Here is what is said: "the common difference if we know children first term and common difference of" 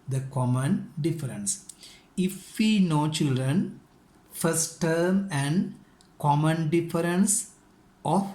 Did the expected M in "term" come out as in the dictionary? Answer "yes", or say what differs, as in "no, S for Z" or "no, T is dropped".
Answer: yes